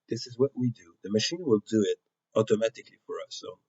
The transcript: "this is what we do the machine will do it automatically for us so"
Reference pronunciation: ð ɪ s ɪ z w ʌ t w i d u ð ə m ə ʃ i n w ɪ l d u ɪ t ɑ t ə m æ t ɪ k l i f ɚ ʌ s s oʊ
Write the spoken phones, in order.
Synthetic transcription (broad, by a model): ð ɪ s ɪ z w ʌ t w i d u ð ə m ə ʃ i n w ɪ l d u ɪ t ɑ t ə m æ t ɪ k l i f ɚ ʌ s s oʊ